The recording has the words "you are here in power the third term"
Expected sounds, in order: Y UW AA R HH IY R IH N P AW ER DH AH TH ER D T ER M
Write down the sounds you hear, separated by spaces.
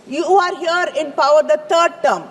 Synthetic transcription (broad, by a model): Y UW AA R HH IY R IH N P AW ER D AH T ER D T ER M